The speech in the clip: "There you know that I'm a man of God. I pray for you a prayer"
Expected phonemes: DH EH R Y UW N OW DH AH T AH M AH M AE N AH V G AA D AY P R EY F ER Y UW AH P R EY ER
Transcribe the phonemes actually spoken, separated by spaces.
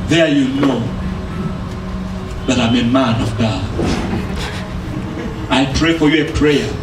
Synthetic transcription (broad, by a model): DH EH Y UW N OW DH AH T AH M AH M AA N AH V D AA AY P R EY F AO Y UW AH P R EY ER